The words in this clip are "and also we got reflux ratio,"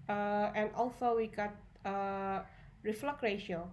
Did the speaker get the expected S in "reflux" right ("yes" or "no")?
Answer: no